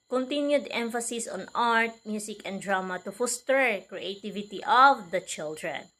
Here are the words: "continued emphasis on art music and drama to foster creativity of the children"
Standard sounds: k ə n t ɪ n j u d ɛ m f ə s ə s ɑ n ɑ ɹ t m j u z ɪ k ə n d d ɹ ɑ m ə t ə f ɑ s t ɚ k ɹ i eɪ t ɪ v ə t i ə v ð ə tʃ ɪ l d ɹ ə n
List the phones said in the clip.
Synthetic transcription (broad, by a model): k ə n t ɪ n j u d ɛ m f ə s ə s ɑ n ɑ ɹ t m j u s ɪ k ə n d d ɹ ɑ m ə t ə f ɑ s t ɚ k ɹ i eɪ t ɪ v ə t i ə v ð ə tʃ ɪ l d ɹ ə n